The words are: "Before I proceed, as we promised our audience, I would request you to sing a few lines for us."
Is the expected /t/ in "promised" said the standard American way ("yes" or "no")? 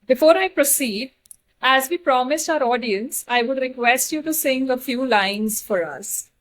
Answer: yes